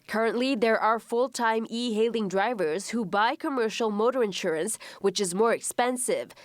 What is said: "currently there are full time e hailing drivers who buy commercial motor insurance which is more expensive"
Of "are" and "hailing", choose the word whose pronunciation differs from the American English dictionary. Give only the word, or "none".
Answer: none